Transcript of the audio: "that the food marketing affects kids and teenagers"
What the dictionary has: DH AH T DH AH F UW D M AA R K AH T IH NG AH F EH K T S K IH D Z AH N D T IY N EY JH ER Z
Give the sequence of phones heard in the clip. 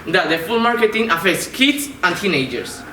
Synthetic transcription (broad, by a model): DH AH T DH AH F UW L M AA R K AH T IH NG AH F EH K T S K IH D S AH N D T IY N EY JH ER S